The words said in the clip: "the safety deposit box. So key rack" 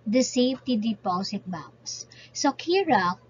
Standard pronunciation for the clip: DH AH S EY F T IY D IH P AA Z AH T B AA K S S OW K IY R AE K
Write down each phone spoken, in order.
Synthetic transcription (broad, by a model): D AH S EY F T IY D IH P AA S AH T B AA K S S OW K IY R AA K